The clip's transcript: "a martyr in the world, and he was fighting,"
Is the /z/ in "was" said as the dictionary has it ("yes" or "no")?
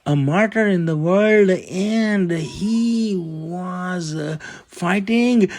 yes